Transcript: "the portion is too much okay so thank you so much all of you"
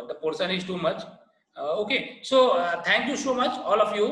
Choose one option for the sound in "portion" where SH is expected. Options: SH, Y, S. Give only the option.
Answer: S